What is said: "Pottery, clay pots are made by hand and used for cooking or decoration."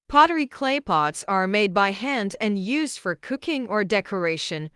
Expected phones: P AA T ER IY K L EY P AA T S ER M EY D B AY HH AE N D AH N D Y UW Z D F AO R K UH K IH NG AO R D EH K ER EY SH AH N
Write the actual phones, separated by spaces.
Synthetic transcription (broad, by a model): P AA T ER IY K L EY P AA T S ER M EY D B AY HH AE N D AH N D Y UW Z D F AO R K UH K IH NG AO R D EH K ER EY SH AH N